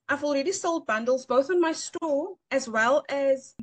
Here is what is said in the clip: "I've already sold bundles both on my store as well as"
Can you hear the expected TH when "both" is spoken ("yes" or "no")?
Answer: yes